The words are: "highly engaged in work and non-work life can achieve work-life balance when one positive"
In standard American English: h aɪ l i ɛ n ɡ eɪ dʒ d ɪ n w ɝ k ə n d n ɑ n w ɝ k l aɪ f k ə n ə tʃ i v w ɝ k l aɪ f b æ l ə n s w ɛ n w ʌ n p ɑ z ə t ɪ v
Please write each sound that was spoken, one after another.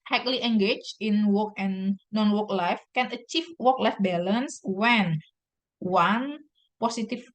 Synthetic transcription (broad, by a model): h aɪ l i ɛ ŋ ɡ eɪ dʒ ɪ n w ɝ k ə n n ɑ n w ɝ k l aɪ f k ə n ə tʃ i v w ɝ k l aɪ f b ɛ l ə n s w ɛ n w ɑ n p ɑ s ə t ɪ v